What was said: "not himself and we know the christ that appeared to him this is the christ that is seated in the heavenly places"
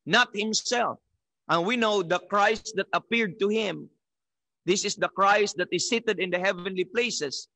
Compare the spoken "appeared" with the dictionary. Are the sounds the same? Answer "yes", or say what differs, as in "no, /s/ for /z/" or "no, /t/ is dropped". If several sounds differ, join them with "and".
yes